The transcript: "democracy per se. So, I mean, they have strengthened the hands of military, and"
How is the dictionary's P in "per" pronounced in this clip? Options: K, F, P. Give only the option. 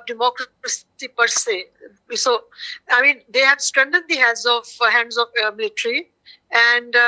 P